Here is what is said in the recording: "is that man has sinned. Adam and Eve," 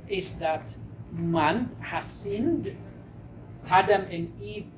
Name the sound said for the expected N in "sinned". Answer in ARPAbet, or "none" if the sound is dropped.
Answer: N